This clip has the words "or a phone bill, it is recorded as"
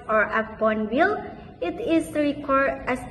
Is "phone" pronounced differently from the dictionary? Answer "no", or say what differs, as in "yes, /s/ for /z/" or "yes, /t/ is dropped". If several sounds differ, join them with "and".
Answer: yes, /p/ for /f/